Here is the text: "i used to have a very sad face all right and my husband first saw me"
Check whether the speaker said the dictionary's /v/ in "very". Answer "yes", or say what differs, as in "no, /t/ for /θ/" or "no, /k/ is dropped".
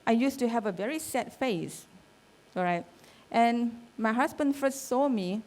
yes